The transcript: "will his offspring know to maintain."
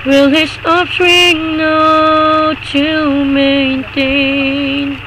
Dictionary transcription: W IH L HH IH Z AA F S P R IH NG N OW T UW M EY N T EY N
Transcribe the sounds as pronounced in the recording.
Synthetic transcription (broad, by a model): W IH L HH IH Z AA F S R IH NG N OW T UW M EY N T EY N